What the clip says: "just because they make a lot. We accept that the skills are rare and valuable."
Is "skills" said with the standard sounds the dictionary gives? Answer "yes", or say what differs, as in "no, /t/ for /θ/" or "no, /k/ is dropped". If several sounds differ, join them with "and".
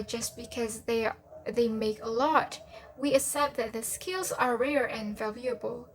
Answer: yes